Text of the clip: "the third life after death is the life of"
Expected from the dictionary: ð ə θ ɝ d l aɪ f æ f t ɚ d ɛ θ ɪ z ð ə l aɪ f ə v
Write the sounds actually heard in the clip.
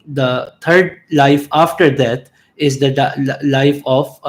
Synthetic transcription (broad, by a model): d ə t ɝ d l aɪ f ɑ f t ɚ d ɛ t ɪ z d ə l aɪ f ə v